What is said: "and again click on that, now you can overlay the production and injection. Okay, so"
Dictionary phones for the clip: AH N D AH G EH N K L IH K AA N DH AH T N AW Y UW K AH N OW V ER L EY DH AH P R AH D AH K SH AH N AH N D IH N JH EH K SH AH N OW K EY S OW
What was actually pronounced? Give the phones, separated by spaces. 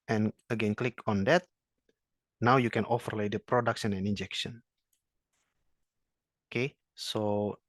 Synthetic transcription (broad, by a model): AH N AH G EH N K L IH K AA N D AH T N AW Y UW K AH N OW F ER L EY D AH P R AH D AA K S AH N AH N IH N JH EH K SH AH N OW K EY S OW